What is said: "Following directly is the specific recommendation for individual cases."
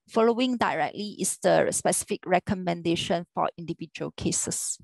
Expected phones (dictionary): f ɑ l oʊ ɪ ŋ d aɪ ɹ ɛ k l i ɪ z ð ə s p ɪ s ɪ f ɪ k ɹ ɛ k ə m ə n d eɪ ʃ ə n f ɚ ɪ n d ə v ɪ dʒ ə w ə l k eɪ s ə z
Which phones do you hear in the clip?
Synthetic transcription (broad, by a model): f ɑ l oʊ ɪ ŋ d aɪ ɹ ɛ k l i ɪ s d ə s p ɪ s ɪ f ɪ k ɹ ɛ k ə m ə n d eɪ ʃ ə n f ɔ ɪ n d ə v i dʒ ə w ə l k eɪ s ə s